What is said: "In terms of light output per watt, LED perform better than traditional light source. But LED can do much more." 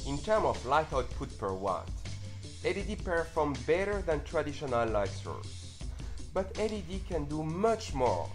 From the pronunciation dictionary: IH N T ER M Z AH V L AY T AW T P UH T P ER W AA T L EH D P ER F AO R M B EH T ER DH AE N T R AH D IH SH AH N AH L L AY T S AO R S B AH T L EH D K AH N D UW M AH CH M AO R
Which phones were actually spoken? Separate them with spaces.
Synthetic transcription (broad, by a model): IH N T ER M AH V L AY T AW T P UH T P ER W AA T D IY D P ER F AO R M B EH T ER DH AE N T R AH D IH SH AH N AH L L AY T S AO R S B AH T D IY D K AH N D UW M AH CH M AO R